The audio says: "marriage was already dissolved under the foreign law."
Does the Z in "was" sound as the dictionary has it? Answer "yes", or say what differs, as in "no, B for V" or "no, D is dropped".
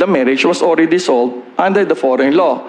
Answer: no, S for Z